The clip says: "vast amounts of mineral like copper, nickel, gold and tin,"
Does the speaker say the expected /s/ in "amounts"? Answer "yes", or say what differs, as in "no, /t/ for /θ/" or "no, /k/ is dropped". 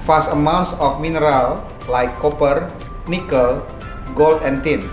yes